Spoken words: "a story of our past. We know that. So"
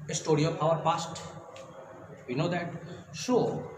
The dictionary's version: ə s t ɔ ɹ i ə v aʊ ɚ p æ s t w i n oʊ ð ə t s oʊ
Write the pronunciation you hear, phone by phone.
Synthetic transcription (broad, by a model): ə s t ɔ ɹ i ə p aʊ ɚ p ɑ s t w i n oʊ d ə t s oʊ